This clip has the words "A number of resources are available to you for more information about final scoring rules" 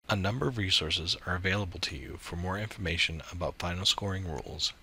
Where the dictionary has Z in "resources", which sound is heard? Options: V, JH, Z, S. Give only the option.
Z